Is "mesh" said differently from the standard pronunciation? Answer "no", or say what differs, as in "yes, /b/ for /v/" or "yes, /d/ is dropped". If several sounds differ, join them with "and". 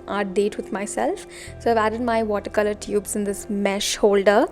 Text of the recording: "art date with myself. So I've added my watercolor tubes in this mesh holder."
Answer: no